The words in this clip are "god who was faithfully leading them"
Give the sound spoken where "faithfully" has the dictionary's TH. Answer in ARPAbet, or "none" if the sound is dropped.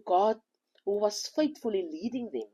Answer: T